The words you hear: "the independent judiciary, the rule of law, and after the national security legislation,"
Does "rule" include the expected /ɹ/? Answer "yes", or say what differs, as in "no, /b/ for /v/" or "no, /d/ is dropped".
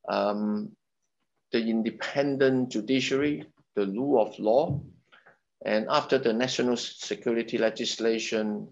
no, /l/ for /ɹ/